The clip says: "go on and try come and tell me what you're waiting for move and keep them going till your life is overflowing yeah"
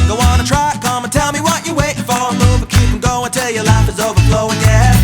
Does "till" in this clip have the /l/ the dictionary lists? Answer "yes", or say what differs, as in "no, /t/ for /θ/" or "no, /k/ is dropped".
yes